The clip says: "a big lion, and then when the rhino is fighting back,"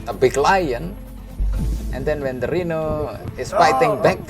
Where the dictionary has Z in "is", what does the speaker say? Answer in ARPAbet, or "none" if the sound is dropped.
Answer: S